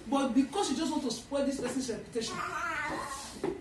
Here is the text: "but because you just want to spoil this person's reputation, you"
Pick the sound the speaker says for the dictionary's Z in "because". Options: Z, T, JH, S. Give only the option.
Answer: S